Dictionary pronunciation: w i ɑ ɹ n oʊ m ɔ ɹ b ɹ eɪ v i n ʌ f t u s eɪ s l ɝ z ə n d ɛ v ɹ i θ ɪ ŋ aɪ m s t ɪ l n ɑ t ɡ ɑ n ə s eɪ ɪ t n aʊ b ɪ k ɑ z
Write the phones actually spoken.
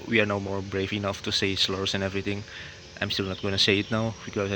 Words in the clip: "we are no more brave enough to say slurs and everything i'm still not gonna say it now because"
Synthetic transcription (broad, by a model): w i ɑ ɹ n oʊ m ɔ ɹ b ɹ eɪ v i n ʌ f t u s eɪ s l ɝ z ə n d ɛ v ɹ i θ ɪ ŋ aɪ m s t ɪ l n ɑ t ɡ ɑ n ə s eɪ ɪ t n aʊ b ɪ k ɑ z